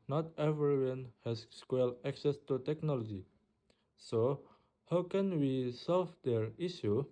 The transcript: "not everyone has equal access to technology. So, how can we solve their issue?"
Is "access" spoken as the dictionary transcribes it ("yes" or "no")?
yes